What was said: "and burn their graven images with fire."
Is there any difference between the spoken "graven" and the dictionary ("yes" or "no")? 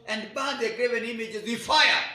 no